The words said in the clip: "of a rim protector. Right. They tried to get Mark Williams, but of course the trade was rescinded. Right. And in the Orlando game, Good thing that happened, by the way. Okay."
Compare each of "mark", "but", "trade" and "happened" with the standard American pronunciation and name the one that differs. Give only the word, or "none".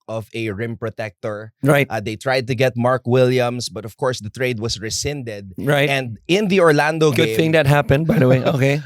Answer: none